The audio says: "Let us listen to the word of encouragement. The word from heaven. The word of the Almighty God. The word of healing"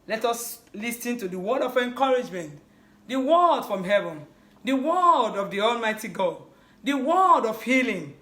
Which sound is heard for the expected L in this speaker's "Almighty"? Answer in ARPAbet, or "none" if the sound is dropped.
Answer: L